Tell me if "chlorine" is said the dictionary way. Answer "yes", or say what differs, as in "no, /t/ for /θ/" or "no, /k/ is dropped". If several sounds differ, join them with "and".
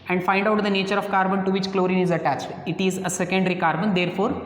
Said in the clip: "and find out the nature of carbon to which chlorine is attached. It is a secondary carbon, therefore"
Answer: yes